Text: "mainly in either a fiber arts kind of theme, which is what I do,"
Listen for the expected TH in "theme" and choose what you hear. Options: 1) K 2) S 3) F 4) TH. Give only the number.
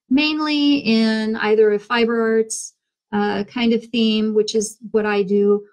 4